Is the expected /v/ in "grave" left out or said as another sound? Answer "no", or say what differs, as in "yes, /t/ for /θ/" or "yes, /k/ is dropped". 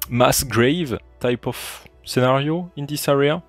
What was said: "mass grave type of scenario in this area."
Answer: no